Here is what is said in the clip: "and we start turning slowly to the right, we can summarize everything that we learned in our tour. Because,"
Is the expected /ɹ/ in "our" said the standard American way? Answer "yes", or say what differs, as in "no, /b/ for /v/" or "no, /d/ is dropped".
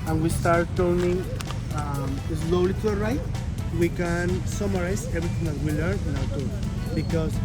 no, /w/ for /ɹ/